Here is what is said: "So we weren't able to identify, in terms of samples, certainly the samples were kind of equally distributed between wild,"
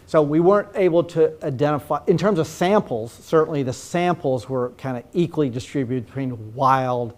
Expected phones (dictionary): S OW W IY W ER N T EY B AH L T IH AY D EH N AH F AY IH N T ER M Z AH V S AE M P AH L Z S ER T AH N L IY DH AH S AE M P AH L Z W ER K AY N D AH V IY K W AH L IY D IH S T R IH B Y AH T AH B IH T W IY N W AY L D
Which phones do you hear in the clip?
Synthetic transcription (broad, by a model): S OW W IY W ER N T EY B L T IH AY D EH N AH F AY IH N T ER M Z AH V S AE M P L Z S ER T N L IY DH AH S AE M P L Z W ER K AY N D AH IY K W AH L IY D IH S T R IH B Y AH T AH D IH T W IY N W AY L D